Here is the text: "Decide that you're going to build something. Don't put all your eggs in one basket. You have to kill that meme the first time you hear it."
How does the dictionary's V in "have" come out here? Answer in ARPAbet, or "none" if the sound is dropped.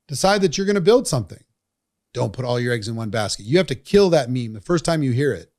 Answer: F